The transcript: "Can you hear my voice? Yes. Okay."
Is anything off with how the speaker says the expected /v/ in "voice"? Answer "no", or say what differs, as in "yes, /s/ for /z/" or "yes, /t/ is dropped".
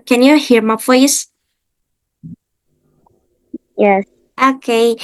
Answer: yes, /f/ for /v/